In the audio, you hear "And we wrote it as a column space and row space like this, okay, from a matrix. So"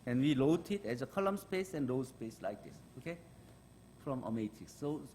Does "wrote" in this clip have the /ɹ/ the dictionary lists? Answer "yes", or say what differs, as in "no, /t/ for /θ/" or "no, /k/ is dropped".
no, /l/ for /ɹ/